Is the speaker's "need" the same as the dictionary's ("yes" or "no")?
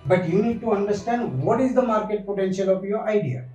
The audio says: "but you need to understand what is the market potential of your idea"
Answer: yes